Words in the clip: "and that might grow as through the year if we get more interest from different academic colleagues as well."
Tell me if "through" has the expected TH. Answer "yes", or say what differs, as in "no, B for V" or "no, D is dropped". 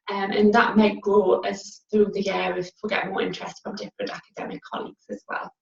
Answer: yes